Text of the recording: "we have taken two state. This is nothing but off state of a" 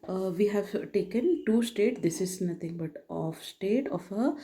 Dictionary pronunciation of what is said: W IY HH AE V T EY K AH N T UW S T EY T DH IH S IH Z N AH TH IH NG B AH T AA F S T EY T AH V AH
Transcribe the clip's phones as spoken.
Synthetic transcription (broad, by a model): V IY HH AE V T EY K AH N T UW S T EY T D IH S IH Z N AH T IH NG B AH T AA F S T EY T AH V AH